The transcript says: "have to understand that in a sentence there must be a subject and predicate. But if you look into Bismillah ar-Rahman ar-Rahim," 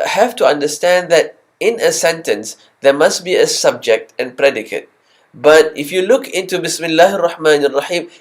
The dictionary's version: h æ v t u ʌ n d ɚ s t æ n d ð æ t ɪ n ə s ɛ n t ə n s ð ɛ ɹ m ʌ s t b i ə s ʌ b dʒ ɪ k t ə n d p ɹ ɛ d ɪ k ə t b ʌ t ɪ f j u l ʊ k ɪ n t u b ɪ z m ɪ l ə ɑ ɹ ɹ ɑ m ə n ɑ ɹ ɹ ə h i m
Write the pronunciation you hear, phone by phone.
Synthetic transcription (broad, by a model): h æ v t u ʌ n d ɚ s t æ n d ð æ t ɪ n ə s ɛ n t ə n s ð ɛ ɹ m ʌ s t b i ə s ʌ b dʒ ɪ k t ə n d p ɹ ɛ d ɪ k ə t b ʌ t ɪ f j u l ʊ k ɪ n t u b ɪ s m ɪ l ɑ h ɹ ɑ m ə n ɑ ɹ ɹ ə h i m